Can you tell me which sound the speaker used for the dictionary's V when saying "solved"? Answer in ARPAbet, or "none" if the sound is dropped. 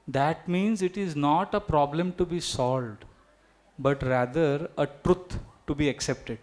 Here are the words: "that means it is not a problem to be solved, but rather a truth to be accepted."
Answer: V